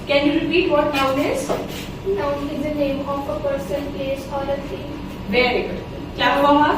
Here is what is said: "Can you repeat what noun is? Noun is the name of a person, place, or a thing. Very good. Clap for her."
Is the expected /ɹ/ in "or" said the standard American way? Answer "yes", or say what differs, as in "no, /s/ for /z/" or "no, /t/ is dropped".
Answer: no, /l/ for /ɹ/